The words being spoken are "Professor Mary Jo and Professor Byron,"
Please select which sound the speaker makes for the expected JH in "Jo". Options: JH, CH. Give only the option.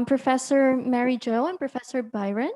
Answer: JH